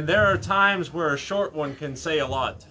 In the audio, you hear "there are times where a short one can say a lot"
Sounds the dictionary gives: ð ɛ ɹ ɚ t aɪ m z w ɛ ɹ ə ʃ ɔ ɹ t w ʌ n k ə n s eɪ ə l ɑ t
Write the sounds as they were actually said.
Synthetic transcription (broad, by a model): ð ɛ ɹ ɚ t aɪ m z w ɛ ɹ ə ʃ ɔ ɹ t w ʌ n k ə n s eɪ ə l ɑ t